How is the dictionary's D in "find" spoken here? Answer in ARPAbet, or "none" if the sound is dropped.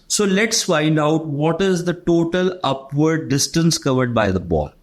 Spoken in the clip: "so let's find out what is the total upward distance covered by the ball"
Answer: D